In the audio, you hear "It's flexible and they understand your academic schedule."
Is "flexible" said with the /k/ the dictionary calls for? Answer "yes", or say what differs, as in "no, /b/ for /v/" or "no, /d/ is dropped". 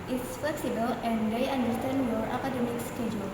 no, /k/ is dropped